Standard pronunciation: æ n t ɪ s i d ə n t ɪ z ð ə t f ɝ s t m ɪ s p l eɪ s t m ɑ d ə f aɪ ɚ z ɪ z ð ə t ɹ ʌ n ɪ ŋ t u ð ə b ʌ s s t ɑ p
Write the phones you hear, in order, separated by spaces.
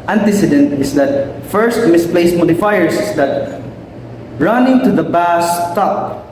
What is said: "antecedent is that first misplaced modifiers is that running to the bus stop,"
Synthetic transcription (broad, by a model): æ n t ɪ s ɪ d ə n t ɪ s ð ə t f ɝ s t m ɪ s p l eɪ s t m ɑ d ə f aɪ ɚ s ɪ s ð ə t ɹ ʌ n ɪ ŋ t u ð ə b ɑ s s t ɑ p